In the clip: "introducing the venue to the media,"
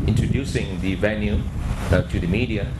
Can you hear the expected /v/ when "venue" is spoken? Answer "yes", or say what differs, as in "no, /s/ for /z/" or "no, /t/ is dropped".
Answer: yes